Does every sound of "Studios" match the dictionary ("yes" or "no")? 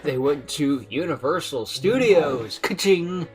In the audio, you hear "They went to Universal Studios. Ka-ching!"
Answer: yes